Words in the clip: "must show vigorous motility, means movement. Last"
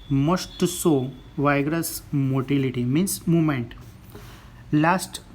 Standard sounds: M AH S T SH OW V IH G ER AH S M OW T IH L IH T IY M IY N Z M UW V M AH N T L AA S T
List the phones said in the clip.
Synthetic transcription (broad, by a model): M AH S T S OW V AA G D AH S M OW T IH L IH T IY M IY N S M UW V M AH N T L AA S T